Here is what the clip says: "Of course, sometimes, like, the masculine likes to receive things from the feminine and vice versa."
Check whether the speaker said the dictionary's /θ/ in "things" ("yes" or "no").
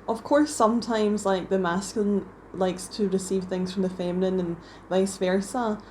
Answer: yes